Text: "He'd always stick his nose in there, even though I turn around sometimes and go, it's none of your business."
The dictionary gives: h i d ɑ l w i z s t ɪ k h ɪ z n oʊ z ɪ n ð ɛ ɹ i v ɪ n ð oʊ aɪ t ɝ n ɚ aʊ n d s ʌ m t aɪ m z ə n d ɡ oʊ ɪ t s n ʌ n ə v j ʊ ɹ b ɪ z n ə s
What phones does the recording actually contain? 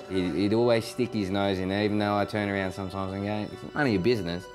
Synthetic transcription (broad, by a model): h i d ɑ l w i z s t ɪ k h ɪ z n oʊ z ɪ n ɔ i v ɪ n ð oʊ aɪ t ɝ n ɚ aʊ n d s ʌ m t aɪ m z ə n ɡ oʊ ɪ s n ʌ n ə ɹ b ɪ z n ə s